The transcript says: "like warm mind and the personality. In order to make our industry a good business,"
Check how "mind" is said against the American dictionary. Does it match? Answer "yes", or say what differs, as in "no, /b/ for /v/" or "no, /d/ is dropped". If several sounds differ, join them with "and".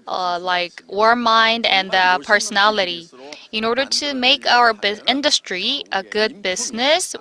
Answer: yes